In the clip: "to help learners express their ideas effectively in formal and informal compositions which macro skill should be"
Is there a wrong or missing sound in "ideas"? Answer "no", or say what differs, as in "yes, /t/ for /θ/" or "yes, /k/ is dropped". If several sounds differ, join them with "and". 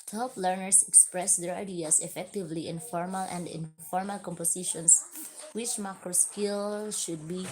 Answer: yes, /s/ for /z/